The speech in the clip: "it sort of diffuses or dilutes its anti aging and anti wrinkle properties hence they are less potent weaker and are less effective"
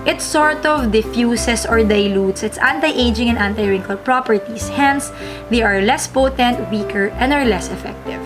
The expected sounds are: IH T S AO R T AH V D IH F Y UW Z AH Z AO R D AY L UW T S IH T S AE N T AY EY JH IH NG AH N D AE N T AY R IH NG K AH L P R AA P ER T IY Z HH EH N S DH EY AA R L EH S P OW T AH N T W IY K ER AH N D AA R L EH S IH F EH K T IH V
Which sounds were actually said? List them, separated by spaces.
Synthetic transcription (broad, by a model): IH T S AO R T AH V D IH F Y UW S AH S AO R D AY L UW T S IH T S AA N T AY EY JH IH NG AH N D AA N T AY R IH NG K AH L P R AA P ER T IY S HH EH N S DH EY AA R L EH S P OW T AH N T W IY K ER AH N D AA R L EH S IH F EH K T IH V